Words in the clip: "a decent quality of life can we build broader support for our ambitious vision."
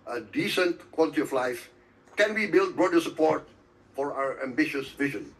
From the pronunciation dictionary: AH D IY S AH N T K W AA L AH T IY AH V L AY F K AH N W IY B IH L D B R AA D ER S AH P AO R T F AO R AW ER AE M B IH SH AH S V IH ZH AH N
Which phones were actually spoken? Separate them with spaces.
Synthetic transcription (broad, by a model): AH D IY S AH N T K W AA L AH T IY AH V L AY F K AH N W IY B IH L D B R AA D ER S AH P AO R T F AO R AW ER AE M B IH SH AH S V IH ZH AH N